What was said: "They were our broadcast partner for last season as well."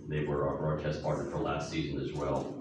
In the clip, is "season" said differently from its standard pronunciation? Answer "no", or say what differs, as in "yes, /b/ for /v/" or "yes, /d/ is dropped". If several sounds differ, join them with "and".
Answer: no